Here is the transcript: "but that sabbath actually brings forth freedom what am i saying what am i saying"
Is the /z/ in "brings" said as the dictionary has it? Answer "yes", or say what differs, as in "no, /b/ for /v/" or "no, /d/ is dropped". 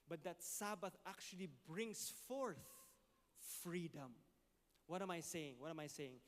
no, /s/ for /z/